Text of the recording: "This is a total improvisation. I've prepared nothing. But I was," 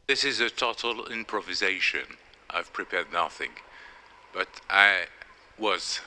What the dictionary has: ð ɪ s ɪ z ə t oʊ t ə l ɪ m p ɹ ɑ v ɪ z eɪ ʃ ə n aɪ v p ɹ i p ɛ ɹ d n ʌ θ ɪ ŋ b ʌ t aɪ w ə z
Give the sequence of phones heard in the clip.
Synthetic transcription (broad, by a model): ð ɪ s ɪ z ə t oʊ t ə l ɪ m p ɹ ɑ v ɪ z eɪ ʃ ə n aɪ v p ɹ i p ɛ ɹ d n ʌ θ ɪ ŋ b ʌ t aɪ w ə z